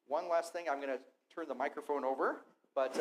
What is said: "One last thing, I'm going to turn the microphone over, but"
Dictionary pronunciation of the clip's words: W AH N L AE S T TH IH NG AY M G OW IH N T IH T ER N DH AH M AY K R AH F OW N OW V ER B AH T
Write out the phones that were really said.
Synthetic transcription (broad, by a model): W AH N L AE S T TH IH NG AY M G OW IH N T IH T ER N DH AH M AY K R AH F OW N OW V ER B AH T